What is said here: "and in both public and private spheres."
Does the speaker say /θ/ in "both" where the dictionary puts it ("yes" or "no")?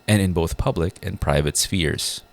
yes